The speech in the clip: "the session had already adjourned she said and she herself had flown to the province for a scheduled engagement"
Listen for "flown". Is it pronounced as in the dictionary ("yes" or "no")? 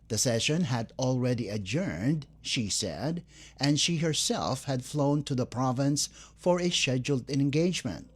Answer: yes